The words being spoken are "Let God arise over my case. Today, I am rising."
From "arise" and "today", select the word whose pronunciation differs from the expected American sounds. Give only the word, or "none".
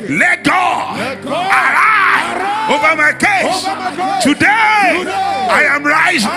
arise